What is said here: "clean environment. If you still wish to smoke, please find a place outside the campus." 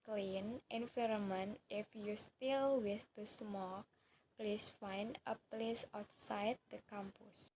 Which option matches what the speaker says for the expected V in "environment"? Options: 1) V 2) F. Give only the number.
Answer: 2